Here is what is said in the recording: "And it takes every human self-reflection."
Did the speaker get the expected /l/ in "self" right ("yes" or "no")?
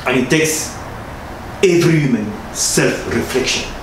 yes